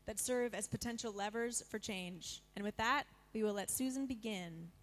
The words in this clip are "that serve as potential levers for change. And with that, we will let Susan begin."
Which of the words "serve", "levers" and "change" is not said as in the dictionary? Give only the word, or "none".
none